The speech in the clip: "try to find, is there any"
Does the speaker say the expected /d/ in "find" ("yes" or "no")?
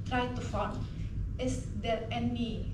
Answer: no